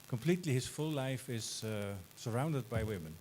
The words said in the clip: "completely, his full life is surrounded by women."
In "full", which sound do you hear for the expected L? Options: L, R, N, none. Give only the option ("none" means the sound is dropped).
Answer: L